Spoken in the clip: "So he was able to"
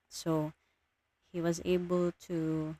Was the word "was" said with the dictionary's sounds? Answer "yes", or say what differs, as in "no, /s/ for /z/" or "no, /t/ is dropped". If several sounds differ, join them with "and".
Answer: yes